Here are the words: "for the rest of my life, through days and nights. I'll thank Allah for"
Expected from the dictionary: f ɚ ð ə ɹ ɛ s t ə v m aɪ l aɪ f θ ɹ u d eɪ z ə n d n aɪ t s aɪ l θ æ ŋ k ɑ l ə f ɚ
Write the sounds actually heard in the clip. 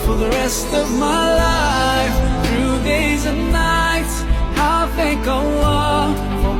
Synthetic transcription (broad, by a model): f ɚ ð ə ɹ ɛ s t ə v m aɪ l aɪ f θ ɹ u d eɪ z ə n n aɪ t s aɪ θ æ ŋ k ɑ w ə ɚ